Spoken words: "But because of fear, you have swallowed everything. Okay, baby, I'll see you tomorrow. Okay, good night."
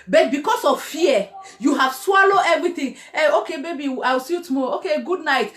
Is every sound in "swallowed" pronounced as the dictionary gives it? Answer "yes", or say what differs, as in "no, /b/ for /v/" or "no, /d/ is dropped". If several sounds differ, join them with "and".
no, /d/ is dropped